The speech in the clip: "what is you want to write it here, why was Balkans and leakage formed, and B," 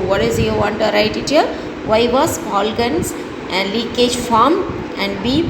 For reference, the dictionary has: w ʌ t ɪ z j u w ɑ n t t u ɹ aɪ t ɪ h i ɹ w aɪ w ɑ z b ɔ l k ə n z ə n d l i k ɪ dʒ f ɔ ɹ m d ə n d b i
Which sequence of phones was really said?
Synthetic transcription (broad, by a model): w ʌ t ɪ z j u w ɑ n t t u ɹ aɪ t ɪ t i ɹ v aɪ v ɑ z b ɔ l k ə n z ə n d l i k ɪ dʒ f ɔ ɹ m ə n d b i